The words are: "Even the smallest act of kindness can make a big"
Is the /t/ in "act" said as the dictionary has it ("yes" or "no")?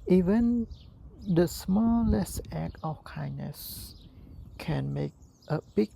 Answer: no